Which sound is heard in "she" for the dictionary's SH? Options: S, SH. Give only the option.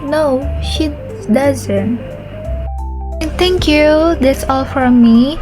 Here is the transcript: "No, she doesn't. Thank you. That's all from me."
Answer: SH